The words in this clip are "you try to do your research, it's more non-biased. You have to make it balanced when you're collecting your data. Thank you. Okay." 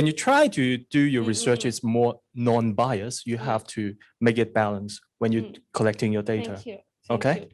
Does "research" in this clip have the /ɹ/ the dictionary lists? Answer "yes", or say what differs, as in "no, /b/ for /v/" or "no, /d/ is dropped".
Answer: yes